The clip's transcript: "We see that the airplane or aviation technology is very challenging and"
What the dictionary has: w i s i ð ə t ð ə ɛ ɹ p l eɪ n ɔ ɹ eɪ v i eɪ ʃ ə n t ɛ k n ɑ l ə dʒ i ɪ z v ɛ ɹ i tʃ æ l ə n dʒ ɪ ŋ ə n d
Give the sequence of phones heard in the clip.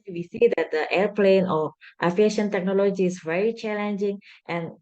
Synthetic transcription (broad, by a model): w i s i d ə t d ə ɛ ɹ p l eɪ n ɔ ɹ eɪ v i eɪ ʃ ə n t ɛ k n ɑ l ə dʒ i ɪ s v ɛ ɹ i tʃ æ l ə n dʒ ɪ ŋ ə n